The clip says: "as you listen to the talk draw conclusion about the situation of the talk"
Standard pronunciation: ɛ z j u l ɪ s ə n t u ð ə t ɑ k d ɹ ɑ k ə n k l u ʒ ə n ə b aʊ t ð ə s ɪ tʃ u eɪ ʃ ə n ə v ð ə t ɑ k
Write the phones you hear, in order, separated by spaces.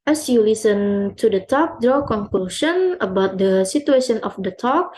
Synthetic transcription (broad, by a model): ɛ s j u l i s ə n t u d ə t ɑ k d ɹ ɑ k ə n k l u ʃ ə n ə b aʊ t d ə s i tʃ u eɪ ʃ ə n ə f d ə t ɑ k